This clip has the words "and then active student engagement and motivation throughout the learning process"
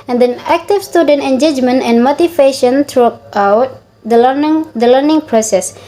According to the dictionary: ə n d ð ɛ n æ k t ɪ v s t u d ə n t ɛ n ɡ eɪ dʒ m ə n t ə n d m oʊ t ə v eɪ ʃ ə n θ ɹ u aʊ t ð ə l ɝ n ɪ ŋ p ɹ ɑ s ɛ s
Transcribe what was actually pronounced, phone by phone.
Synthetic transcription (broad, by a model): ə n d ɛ n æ k t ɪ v s t u d ə n t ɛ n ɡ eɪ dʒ m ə n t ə n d m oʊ t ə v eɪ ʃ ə n t ɹ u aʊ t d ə l ɝ n ɪ ŋ p ɹ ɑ s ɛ s